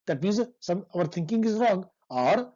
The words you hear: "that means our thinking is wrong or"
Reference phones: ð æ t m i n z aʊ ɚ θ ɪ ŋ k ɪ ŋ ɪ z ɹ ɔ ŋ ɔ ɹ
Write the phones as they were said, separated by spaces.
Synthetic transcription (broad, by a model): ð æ t m i n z aʊ ɚ t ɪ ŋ k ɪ ŋ ɪ z ɹ ɔ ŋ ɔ ɹ